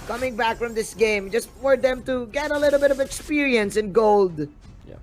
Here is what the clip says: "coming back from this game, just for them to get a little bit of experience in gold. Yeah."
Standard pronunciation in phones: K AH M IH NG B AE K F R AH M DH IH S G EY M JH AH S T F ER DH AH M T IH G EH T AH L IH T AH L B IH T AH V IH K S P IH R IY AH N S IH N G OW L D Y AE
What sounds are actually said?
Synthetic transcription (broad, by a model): K AH M IH NG B AE K F R AH M DH IH S G EY M JH AH S T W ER DH AH M T IH G EH T AH L IH T L B IH T AH V IH K S P IH R IY AH N S IH N G OW L D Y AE